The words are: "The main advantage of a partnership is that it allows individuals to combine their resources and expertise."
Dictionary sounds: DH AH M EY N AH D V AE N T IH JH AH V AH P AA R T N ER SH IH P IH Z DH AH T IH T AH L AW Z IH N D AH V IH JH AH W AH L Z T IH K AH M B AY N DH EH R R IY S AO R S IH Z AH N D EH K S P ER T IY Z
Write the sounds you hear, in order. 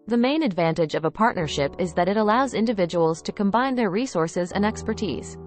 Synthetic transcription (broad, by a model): DH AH M EY N AH D V AE N T IH JH AH V AH P AA R T N ER SH IH P IH Z DH AH T IH T AH L AW Z IH N D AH V IH JH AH W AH L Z T IH K AH M B AY N DH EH R R IY S AO R S IH Z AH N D EH K S P ER T IY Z